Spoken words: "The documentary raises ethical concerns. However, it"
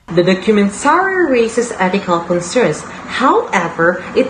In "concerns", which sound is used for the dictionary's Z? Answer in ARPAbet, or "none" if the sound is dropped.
S